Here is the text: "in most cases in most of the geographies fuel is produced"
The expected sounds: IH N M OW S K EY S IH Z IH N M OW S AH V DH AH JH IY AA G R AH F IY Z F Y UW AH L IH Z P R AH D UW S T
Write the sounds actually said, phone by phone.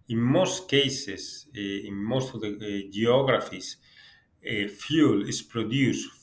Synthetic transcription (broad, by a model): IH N M OW S K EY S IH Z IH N M OW S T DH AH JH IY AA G R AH F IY S F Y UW L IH S P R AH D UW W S